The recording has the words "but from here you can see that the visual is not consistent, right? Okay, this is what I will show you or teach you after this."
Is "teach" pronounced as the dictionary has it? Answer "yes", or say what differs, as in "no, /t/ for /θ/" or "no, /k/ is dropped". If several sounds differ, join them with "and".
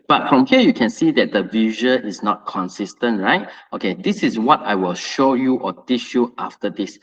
no, /ʃ/ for /tʃ/